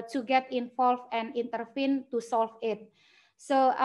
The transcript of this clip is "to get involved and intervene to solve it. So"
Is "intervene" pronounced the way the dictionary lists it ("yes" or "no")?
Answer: no